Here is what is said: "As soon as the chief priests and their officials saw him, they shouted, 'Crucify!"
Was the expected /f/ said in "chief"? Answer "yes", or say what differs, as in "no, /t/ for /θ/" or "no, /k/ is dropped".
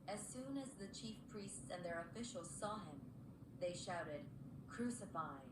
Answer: yes